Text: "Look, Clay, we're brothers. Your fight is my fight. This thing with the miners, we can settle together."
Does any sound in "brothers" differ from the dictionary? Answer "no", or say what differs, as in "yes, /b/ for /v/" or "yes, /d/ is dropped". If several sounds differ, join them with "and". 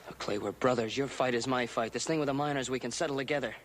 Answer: no